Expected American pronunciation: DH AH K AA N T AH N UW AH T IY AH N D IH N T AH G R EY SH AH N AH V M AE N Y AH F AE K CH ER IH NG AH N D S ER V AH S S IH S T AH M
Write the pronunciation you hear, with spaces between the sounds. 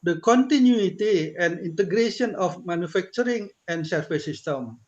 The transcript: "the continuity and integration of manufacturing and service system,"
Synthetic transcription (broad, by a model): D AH K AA N T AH N UW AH T IY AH N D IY N T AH G R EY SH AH N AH F M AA N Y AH F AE K CH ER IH NG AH N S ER F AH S S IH S T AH M